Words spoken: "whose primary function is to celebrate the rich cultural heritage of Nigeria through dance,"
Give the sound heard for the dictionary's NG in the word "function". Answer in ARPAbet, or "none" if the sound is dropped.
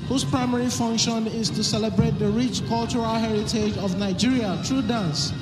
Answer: NG